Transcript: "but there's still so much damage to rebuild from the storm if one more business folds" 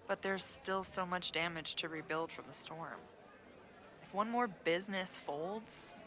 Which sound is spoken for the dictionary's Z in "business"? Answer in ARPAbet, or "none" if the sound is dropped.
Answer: Z